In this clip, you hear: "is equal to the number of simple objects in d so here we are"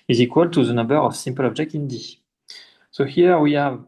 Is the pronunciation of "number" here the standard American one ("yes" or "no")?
no